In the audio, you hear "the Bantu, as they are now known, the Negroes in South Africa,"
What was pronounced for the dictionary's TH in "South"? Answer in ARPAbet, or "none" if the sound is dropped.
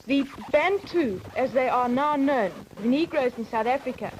TH